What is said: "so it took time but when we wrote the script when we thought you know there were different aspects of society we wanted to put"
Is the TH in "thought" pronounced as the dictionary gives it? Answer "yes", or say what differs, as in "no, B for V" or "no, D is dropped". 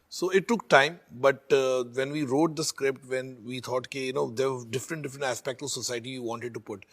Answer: no, T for TH